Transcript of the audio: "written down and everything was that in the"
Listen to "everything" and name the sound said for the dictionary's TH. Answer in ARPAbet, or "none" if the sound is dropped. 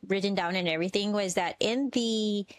TH